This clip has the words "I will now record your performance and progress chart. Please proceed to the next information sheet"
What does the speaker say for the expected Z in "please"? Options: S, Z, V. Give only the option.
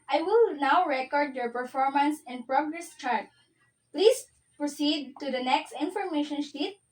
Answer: S